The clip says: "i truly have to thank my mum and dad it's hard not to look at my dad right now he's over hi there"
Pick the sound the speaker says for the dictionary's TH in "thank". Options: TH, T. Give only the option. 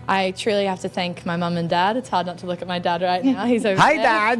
TH